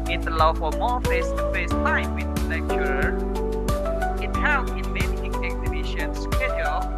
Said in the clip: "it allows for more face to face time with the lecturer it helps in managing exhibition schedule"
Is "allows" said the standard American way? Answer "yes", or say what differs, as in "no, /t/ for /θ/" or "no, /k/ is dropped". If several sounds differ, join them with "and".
no, /z/ is dropped